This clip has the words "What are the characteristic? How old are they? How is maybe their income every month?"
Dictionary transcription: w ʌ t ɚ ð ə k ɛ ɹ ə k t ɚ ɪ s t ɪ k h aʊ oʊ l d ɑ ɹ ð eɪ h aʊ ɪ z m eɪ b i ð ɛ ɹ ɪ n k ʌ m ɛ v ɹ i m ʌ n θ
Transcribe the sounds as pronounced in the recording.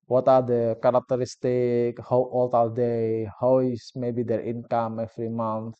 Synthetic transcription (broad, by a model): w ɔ t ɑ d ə k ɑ ɹ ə k t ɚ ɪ s t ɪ k h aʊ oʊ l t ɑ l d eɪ h aʊ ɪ s m eɪ b i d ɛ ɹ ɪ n k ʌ m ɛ f ɹ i m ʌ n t